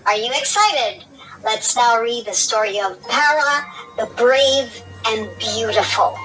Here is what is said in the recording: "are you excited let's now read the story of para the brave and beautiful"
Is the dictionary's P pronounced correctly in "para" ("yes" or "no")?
yes